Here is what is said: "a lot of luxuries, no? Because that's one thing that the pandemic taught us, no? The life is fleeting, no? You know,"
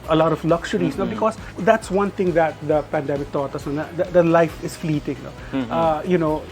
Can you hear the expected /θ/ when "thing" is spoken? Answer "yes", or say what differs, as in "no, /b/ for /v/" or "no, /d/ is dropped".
no, /t/ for /θ/